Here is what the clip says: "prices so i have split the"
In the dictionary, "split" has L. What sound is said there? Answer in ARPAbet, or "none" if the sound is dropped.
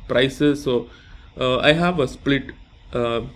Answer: L